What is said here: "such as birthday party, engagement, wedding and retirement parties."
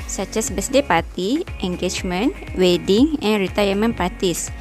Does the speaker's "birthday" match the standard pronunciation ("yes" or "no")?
no